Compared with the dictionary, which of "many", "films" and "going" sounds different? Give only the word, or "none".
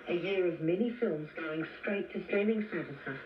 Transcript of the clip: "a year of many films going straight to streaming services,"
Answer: none